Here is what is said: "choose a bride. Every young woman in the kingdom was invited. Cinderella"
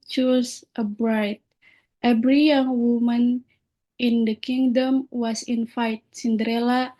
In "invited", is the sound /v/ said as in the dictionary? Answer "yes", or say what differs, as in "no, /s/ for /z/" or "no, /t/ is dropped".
no, /f/ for /v/